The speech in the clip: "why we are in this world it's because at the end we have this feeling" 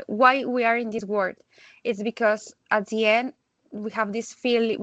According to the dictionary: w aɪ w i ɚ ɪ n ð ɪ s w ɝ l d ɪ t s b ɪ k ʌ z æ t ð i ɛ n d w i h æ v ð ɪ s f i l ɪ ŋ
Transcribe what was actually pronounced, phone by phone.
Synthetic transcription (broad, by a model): w aɪ w i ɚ ɪ n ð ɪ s w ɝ d ɪ t s b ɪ k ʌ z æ t ð i ɛ n d w i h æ v ð ɪ s f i l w